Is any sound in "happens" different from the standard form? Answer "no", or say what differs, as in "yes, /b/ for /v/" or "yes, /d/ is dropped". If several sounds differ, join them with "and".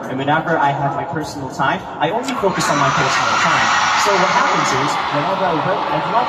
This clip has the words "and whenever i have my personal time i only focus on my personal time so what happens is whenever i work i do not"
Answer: no